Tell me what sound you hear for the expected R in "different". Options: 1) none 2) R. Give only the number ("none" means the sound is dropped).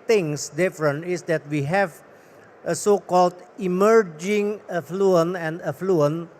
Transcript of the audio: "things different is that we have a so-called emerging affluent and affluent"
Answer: 2